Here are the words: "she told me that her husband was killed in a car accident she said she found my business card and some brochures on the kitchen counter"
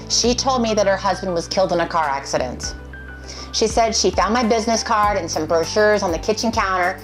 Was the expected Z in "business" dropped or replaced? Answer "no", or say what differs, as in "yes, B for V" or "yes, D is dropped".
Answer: no